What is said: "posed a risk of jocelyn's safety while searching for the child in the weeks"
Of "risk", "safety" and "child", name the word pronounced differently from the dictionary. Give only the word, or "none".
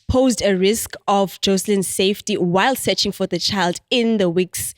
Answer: none